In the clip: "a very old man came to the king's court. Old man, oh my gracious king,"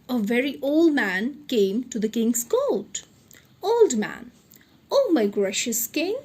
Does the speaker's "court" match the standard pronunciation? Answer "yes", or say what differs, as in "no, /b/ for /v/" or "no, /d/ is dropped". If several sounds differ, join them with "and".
no, /l/ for /ɹ/